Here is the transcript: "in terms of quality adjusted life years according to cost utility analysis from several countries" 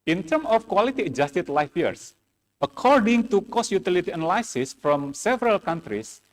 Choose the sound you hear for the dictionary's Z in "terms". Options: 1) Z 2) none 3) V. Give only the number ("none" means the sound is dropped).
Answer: 2